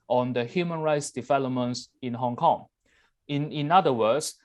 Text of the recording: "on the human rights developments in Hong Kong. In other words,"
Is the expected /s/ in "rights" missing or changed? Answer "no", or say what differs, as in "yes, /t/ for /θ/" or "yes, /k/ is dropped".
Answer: no